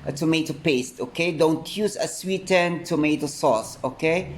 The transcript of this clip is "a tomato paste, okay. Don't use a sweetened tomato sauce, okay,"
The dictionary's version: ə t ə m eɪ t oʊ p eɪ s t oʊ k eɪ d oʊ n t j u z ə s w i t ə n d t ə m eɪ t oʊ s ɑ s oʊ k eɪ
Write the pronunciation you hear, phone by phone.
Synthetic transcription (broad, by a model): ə t ə m eɪ t oʊ p eɪ s t oʊ k eɪ d oʊ n t j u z ə s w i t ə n t ə m eɪ t oʊ s ɑ s oʊ k eɪ